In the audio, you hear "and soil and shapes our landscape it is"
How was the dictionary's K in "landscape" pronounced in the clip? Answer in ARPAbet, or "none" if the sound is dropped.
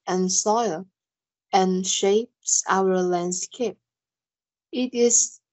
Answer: K